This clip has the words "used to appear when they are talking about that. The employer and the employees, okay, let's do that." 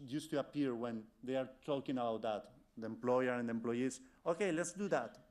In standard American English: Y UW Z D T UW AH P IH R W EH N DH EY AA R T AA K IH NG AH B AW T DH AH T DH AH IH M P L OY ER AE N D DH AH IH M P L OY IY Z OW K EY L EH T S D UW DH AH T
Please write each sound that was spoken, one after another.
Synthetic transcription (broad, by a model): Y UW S T UW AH P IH R W EH N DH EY AA R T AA K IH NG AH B AW T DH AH T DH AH IH M P L OY ER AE N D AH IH M P L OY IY S OW K EY L EH T S D UW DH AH T